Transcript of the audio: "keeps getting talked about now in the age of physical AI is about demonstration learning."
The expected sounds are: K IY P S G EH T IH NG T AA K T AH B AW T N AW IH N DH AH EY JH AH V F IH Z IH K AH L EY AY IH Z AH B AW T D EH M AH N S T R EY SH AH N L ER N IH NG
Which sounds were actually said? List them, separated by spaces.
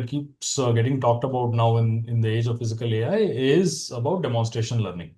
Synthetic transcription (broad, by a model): K IY P S G EH T IH NG T AA K T AH B AW T N AW IH N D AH EY JH AH V F IH Z IH K AH L EY AY IH Z AH B AW T D EH M AH N S T R EY SH AH N L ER N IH NG